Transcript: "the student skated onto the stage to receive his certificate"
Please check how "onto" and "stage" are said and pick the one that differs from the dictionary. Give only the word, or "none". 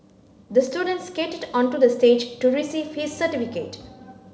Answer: none